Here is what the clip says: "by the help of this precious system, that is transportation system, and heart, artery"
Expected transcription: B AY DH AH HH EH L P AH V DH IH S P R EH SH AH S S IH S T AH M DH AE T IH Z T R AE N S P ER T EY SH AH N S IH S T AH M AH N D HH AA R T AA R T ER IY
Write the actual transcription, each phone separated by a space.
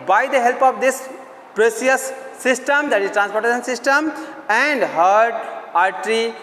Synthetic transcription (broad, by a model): B AY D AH HH EH L P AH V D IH S P R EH S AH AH S IH S T AH M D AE T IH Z T R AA N S P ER T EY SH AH N S IH S T AH M AH N D HH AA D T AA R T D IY